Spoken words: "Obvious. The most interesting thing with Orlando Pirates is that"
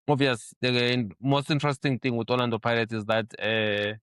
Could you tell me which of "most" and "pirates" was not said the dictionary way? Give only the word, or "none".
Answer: pirates